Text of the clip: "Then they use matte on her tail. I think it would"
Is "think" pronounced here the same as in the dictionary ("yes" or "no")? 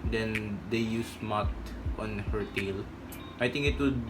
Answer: no